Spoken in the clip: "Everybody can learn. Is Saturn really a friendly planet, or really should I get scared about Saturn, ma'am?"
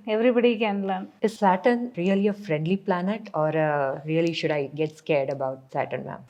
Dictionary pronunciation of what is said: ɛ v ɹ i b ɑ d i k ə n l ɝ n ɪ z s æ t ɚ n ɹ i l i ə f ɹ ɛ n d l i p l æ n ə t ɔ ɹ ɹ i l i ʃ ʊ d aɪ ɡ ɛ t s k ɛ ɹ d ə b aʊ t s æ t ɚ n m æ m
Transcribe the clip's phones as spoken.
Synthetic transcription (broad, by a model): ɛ v ɹ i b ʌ d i k ə n l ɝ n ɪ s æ t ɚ n ɹ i l i ə f ɹ ɛ n d l i p l æ n ə t ɔ ɹ ɹ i l i ʃ ʊ d aɪ ɡ ɛ t s k ɛ ɹ d ə b aʊ t s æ t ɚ n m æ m